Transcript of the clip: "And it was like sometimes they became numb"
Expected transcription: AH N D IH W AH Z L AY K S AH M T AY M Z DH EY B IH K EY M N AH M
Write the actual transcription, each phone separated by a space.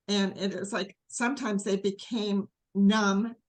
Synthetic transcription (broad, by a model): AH N IH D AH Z L AY K S AH M T AY M Z DH EY B IH K EY M N AH M